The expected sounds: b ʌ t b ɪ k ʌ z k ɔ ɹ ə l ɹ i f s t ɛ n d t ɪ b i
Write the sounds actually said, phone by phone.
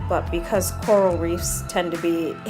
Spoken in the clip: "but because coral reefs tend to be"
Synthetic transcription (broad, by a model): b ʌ t b ɪ k ʌ z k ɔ ɹ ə l ɹ i f s t ɛ n t ɪ b i